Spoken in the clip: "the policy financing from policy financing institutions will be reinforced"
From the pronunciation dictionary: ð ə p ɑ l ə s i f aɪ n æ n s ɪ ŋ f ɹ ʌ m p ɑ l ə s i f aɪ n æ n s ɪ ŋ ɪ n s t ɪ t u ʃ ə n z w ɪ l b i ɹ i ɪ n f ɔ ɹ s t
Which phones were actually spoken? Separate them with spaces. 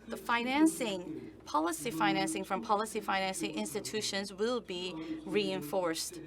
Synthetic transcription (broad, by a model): ð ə p ɑ l ə s i f aɪ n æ n s ɪ ŋ f ɹ ʌ m p ɑ l ə s i f aɪ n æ n s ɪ ŋ ɪ n s t ɪ t u ʃ ə n z w ɪ l b i ɹ i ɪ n f ɔ ɹ s t